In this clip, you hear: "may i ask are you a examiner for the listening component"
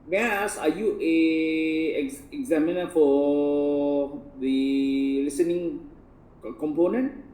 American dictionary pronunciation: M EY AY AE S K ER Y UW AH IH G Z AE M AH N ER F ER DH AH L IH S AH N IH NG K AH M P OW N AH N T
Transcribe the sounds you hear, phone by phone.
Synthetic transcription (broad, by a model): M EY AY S AA Y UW AH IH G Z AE M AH N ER F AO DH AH L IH S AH N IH NG K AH M P OW N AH N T